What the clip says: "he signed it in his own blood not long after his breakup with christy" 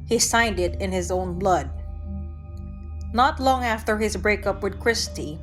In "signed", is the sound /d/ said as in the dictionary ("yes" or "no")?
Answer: yes